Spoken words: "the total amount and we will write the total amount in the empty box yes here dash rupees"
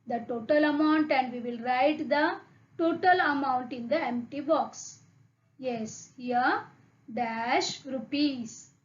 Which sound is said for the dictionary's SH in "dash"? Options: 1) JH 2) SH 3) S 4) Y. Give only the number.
2